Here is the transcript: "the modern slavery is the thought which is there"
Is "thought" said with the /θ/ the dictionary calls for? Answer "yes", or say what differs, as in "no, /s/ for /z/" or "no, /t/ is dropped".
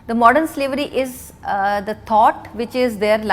no, /t/ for /θ/